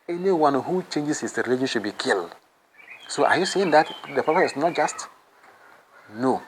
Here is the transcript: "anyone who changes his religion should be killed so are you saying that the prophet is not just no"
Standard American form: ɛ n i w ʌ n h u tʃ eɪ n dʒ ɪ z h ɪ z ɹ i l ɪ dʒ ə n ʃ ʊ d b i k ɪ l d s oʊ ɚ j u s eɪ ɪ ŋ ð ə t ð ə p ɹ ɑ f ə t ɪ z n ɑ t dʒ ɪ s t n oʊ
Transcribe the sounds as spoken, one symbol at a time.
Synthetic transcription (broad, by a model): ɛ n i w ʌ n h u tʃ eɪ n dʒ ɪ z h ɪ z ɹ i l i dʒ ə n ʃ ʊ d b i k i l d s oʊ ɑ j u s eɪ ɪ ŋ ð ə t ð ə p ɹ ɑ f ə ɪ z n ɑ t dʒ ɪ s t n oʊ